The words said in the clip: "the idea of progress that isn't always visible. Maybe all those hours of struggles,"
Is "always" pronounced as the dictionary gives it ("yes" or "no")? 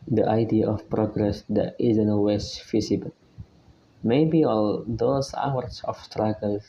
no